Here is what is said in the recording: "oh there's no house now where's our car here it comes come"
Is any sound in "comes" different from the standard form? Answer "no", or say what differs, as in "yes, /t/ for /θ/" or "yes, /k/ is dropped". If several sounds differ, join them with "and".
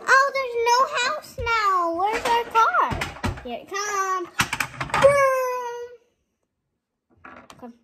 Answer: yes, /z/ is dropped